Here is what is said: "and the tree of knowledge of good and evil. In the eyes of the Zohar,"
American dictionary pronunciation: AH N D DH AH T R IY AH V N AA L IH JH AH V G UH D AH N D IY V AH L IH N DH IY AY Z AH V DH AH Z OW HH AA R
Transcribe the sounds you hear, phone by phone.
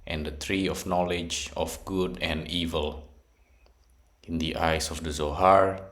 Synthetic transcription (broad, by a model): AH N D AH T R IY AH F N AA L IH JH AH F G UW D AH N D IY V AH L IH N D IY AY S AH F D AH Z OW HH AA R